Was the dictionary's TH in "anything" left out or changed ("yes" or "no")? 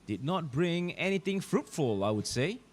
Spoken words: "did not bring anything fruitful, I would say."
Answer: yes